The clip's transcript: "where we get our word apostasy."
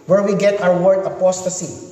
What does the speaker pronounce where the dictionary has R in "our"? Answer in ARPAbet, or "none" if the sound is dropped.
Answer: W